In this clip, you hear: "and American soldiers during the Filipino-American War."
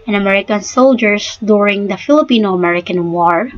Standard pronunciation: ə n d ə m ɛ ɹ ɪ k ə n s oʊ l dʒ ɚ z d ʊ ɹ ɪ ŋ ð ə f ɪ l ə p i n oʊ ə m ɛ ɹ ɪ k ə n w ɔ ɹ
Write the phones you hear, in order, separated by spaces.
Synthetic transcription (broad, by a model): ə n ə m ɛ ɹ ɪ k ə n s oʊ l dʒ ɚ s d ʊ ɹ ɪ ŋ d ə f ɪ l ə p i n oʊ ə m ɛ ɹ ɪ k ə n w ɔ ɹ